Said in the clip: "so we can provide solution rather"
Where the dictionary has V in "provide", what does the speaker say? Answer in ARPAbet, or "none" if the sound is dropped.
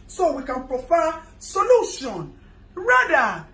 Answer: F